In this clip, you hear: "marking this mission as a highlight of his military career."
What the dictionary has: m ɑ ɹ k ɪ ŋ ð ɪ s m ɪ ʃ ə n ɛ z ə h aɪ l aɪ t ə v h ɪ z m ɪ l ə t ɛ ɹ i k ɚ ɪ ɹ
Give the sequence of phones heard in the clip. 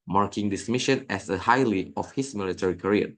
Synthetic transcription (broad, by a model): m ɑ ɹ k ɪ ŋ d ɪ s m ɪ ʃ ə n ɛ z ə h aɪ l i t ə f h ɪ s m ɪ l ə t ɛ ɹ i k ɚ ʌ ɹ